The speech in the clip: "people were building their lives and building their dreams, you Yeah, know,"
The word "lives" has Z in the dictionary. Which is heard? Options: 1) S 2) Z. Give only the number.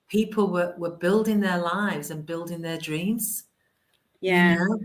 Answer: 2